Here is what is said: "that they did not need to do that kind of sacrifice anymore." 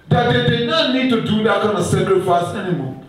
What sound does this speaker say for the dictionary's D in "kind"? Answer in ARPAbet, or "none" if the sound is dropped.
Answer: none